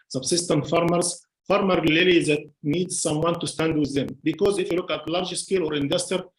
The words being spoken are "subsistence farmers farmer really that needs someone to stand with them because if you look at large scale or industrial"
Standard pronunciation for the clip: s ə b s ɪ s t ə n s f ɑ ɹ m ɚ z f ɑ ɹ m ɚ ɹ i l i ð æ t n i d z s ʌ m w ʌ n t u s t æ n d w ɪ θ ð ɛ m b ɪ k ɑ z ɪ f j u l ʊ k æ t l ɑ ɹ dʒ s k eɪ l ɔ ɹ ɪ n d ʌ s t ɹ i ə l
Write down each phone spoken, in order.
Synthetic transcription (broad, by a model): s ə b s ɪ s t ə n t f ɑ ɹ m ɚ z f ɑ ɹ m ɚ l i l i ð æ t n i d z s ʌ m w ʌ n t u s t æ n d w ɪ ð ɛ m b ɪ k ɑ z ɪ f j u l ʊ k æ t l ɑ ɹ dʒ s k eɪ l ɔ ɹ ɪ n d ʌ s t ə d